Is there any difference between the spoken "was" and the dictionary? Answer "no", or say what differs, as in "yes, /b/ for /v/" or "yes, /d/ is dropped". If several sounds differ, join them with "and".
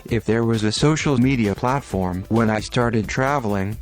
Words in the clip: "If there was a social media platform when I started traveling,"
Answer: no